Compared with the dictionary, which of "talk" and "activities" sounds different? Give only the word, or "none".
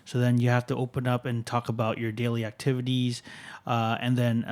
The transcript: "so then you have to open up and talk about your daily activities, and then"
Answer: none